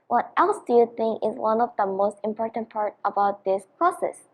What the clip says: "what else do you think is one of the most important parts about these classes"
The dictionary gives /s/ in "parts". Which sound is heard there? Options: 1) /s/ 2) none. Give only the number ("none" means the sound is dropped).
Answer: 2